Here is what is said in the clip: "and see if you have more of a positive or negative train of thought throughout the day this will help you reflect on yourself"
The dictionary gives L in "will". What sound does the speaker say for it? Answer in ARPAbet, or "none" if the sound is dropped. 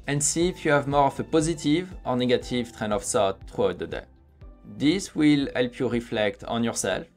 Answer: L